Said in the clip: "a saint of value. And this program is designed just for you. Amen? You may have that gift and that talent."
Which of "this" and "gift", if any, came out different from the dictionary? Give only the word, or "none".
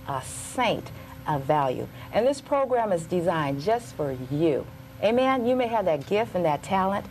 none